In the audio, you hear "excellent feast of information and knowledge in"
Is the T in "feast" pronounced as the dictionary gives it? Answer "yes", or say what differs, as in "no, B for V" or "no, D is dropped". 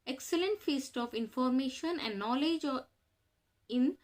yes